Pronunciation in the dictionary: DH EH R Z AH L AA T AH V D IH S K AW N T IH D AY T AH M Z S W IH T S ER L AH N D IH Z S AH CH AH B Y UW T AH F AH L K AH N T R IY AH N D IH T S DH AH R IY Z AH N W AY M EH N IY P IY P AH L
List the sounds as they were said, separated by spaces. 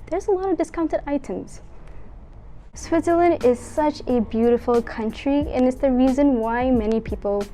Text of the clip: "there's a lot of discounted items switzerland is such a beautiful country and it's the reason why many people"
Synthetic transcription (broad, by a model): DH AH R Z AH L AA T AH V D IH S K AW N T IH D AY T AH M Z S W IH T S ER L AH N D IH Z S AH CH AH B Y UW T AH F L K AH N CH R IY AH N IH T S DH AH R IY Z AH N W AY M EH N IY P IY P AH L